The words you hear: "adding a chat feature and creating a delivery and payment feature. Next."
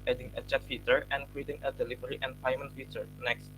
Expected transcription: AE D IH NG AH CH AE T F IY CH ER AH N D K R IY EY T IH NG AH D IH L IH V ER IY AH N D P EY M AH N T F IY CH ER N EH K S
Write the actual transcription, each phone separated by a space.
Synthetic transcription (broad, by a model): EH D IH NG AH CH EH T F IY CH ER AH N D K W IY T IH NG AH D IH L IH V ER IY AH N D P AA M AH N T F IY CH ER N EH K S